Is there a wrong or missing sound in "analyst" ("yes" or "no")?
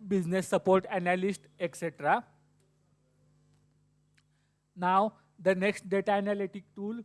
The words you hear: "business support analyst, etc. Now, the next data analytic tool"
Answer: no